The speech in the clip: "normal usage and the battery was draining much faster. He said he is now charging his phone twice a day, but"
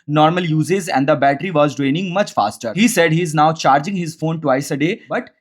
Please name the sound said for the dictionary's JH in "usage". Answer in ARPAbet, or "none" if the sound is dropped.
Z